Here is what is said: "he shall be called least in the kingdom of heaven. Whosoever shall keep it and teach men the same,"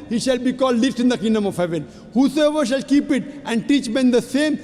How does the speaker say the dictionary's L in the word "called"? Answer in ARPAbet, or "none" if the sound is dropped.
L